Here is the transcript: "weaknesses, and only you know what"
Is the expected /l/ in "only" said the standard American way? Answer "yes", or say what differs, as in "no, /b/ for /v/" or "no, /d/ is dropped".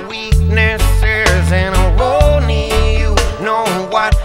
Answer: no, /l/ is dropped